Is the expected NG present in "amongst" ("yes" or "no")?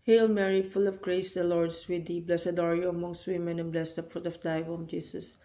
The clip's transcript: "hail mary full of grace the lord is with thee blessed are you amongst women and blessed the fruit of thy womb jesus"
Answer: yes